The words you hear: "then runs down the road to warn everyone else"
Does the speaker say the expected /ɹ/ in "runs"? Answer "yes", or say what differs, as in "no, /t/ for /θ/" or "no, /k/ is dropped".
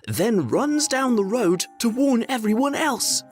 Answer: yes